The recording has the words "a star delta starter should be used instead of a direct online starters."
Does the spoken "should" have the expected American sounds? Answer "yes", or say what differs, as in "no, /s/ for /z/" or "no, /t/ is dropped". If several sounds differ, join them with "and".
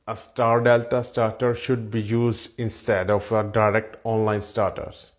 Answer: yes